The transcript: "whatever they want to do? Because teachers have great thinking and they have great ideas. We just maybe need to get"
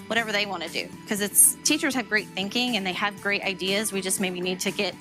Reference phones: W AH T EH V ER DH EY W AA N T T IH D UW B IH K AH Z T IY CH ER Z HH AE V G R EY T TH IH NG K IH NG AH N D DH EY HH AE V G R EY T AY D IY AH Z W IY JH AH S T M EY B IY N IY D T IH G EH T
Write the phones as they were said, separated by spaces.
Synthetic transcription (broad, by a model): W AH T EH V ER DH EY W AA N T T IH D UW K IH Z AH S T IY CH ER Z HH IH V G R EY T TH IH NG K IH NG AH N DH EY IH V G R EY T AY D IY AH Z W IY JH AH S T M EY B IY N IY D T IH G EH T